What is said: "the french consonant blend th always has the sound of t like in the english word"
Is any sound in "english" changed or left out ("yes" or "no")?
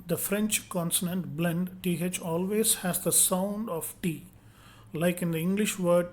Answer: no